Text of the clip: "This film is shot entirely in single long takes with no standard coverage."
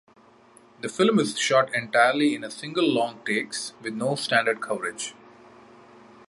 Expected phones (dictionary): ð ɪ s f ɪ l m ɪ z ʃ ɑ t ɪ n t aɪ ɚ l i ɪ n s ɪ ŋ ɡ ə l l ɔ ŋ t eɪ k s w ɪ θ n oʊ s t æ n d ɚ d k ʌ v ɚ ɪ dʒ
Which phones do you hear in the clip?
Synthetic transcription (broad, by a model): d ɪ f ɪ l m ɪ z ʃ ɑ t ɪ n t aɪ ɚ l i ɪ n s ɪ ŋ ɡ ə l l ɔ ŋ t eɪ k s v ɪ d n oʊ s t æ n d ɚ d k ʌ v ɚ ɪ dʒ